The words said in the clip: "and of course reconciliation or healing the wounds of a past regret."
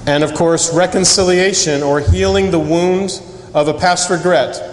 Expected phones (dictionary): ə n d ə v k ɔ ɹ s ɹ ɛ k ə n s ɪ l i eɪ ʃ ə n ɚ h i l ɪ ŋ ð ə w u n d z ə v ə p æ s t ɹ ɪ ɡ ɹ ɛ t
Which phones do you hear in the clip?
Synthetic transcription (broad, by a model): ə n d ə v k ɔ ɹ s ɹ ɛ k ə n s ɪ l i eɪ ʃ ə n ɚ h i l ɪ ŋ ð ə w u n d ə v ə p æ s t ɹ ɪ ɡ ɹ ɛ t